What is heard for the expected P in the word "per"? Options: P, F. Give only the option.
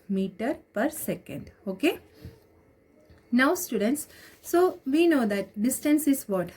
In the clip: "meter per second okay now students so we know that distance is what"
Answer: P